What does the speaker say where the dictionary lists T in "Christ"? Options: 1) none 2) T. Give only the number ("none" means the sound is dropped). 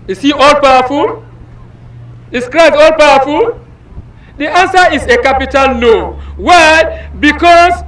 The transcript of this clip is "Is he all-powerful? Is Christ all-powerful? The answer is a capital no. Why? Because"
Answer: 1